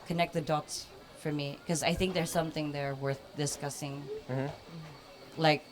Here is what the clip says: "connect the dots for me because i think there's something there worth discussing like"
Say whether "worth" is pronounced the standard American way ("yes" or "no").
yes